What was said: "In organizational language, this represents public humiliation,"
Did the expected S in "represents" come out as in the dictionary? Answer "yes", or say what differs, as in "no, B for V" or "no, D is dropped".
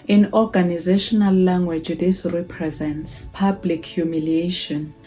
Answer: yes